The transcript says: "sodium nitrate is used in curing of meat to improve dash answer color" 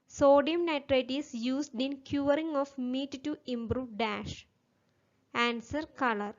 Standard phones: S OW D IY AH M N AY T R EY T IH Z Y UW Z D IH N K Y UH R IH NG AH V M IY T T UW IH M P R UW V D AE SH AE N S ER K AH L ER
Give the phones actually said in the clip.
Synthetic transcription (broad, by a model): S OW D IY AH M N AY T R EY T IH S Y UW S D IH N K Y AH R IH NG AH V M IY T T UW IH M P R UW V D AE SH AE N S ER K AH L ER